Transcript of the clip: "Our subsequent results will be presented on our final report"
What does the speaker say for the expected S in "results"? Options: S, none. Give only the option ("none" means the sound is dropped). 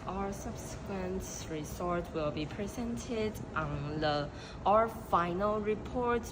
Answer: none